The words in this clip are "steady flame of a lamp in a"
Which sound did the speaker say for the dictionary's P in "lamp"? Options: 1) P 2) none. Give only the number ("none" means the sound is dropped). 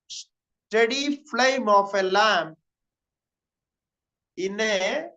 2